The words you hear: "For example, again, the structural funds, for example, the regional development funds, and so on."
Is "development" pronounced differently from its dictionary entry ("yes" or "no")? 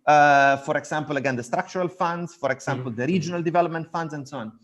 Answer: no